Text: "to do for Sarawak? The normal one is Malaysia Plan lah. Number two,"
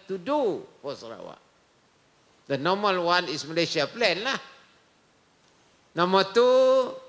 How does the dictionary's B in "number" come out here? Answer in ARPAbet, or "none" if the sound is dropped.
none